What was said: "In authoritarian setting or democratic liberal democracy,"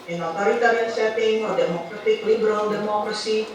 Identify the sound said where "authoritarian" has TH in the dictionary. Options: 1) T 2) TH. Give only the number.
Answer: 1